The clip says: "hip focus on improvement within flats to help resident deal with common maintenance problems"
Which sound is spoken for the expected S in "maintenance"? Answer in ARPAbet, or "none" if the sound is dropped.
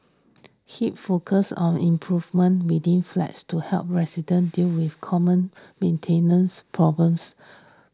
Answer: S